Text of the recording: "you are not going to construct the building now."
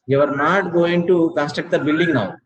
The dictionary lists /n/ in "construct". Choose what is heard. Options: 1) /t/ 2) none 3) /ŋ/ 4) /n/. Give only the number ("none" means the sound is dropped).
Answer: 2